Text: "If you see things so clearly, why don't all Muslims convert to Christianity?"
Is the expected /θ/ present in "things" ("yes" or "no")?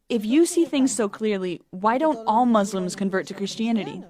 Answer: yes